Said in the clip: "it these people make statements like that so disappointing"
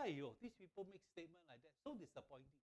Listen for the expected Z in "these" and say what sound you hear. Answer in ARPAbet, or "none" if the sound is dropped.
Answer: S